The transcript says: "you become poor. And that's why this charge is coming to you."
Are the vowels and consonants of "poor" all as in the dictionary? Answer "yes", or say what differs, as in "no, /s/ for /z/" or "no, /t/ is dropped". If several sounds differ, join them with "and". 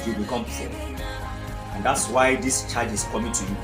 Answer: no, /f/ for /p/